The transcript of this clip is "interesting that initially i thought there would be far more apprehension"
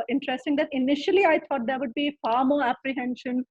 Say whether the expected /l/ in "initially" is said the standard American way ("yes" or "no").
yes